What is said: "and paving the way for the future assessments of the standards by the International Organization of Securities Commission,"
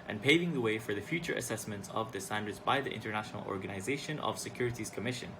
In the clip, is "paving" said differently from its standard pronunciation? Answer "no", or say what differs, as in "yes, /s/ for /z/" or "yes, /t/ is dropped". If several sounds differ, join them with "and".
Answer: no